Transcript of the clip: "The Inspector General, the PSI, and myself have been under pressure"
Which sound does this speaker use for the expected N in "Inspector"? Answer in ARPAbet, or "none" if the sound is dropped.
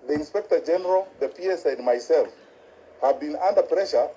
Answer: N